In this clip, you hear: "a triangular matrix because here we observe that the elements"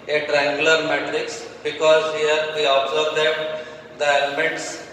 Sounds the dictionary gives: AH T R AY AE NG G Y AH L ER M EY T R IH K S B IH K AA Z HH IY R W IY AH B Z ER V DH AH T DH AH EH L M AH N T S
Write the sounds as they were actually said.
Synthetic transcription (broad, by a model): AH T R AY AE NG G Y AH L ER M EY T R IH K S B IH K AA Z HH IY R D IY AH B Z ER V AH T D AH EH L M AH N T S